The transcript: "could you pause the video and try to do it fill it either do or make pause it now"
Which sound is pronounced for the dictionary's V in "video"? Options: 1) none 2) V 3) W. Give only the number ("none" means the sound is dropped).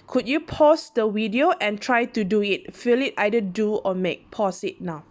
3